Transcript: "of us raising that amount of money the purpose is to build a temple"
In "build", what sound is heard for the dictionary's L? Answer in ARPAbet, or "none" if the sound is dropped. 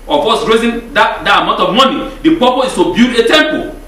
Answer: none